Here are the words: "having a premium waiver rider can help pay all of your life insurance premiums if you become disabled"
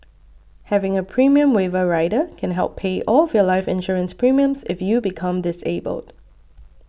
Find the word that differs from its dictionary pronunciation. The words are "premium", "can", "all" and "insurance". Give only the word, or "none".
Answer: none